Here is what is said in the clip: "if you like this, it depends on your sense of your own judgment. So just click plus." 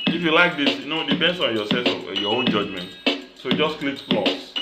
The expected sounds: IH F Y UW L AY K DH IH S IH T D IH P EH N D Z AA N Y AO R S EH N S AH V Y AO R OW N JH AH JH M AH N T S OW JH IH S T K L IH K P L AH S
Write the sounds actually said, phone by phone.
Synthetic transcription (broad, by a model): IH F Y UW L AY K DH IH S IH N D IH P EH N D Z AA N Y AO S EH S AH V Y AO OW N JH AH JH M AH N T S OW JH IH S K L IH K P L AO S